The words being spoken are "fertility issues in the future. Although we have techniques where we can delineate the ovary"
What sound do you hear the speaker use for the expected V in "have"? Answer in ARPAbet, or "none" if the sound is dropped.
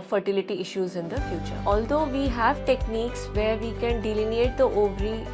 V